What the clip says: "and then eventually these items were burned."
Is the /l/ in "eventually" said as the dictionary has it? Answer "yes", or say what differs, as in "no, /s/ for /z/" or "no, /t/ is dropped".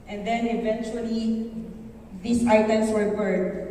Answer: yes